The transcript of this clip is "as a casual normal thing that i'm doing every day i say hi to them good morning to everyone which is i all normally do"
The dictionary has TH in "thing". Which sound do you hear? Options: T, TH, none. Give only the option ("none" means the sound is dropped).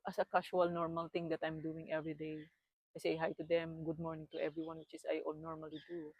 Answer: T